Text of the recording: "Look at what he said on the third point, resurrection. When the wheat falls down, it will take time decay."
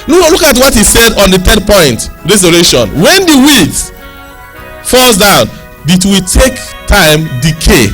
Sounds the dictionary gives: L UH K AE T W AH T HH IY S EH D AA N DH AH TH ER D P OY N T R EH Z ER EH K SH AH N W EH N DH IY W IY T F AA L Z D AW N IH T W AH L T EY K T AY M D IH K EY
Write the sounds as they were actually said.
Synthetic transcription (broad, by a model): L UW K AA T W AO T HH IY S EH D AA N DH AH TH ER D P OY N T R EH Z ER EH SH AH N W EH N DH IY W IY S F AA L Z D AW N IH T W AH T EY K T AY M D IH K EY